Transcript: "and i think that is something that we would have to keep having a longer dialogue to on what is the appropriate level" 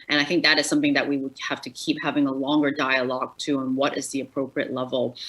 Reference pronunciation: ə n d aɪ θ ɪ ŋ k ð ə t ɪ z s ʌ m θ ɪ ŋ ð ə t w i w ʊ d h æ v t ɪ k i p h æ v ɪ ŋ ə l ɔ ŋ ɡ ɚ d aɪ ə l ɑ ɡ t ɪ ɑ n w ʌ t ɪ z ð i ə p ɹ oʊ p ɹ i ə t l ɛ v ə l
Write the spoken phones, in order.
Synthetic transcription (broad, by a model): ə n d aɪ θ ɪ ŋ k ð ə t ɪ z s ʌ m θ ɪ ŋ ð ə t w i w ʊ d h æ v t ɪ k i p h æ v ɪ ŋ ə l ɔ ŋ ɡ ɚ d aɪ ə l ɑ ɡ t ɪ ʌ n w ʌ t ɪ z ð i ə p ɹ oʊ p ɹ i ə t l ɛ v l